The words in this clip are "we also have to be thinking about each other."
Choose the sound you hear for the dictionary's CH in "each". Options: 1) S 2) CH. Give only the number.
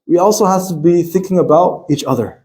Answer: 2